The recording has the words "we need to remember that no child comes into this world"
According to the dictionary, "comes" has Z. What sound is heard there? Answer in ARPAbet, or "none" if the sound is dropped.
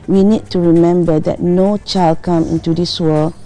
none